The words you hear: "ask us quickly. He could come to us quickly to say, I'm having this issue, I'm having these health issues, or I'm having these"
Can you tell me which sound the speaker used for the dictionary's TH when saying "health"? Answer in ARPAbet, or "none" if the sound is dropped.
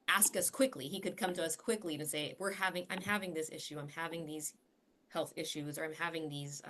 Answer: TH